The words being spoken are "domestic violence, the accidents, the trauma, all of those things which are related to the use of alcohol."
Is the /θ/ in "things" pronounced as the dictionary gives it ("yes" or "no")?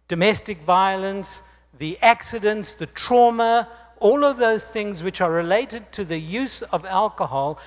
yes